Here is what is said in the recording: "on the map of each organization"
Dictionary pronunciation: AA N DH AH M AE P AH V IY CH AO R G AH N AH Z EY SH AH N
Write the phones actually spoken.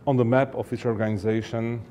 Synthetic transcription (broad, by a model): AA N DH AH M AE P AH F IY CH AO R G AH N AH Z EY SH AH N